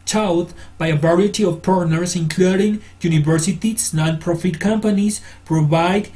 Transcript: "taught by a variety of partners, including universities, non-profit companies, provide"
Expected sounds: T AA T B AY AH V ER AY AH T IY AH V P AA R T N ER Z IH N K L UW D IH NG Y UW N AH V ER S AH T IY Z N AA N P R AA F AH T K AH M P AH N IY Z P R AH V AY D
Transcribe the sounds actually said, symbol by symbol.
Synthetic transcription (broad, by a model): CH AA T B AY AH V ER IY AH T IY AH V P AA R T N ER S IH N K L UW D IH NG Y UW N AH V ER S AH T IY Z N AA N P R AA F AH T K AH M P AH N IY S P R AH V AY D